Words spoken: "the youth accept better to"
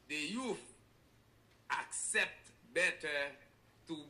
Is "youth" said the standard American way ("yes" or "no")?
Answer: no